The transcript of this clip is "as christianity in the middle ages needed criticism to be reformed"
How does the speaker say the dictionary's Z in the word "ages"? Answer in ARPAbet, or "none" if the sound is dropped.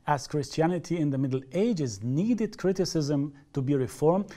Z